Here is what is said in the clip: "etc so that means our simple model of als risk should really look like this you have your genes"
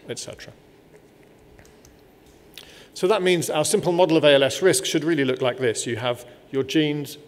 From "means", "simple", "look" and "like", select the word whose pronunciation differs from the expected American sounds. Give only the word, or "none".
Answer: none